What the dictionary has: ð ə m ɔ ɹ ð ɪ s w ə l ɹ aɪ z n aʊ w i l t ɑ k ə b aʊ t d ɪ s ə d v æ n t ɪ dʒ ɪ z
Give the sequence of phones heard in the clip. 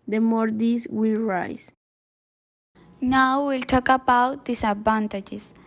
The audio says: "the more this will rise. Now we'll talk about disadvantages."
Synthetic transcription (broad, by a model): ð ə m ɔ ɹ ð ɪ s w ə l ɹ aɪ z n aʊ w i l t ɑ k ə b aʊ t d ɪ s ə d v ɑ n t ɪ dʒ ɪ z